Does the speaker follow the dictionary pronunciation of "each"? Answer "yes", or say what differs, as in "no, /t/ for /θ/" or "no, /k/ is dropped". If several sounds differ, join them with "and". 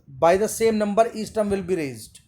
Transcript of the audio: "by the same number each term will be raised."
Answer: no, /s/ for /tʃ/